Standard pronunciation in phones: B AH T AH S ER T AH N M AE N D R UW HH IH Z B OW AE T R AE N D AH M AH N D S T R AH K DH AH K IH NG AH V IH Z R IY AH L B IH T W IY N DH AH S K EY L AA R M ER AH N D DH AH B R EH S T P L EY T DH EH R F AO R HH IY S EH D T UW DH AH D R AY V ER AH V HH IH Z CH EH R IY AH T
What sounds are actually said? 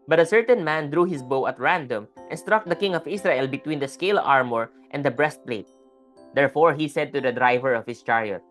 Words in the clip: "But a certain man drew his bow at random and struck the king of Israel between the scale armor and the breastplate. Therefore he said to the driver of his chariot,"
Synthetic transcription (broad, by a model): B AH T AH S ER T AH N M AE N D R UW HH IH S B OW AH T R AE N D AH M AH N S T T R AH K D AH K IH NG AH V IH S R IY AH L B IH T W IY N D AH S K EY L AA R M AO AH N D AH B R EH S T P L EY T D EH R F AO R HH IY S EH D T UW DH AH D R AY V ER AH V HH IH S CH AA R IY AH T